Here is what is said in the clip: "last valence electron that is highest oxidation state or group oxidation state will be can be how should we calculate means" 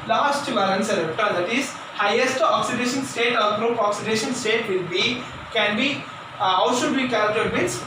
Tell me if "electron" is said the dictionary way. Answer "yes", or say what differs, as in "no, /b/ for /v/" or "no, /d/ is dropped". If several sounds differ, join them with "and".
no, /ɹ/ is dropped